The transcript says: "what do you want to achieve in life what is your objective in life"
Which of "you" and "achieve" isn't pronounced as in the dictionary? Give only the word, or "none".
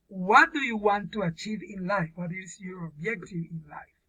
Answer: none